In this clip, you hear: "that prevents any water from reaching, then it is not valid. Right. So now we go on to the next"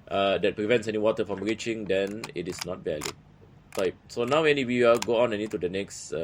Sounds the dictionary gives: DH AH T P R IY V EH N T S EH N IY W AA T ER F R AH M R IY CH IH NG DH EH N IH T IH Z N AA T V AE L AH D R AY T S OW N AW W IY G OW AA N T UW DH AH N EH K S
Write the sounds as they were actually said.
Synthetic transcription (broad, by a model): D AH T P R IY V EH N T S EH N IY W AA T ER F R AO M R IY CH IH NG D EH N IH T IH S N AA T V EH L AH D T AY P S OW N AW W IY G OW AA N T UW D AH N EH K S